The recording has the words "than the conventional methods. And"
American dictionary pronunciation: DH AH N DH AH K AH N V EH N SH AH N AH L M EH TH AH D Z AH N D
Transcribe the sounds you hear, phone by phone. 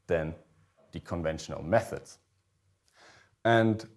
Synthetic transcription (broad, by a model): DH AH N DH AH K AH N V EH N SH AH N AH L M EH TH AH D Z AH N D